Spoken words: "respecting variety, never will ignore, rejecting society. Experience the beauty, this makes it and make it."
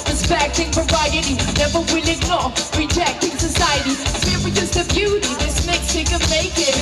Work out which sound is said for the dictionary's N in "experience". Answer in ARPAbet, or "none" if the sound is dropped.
none